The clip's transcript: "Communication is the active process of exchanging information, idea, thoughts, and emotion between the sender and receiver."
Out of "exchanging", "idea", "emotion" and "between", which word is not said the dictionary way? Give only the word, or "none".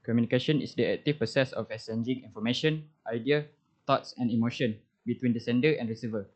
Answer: exchanging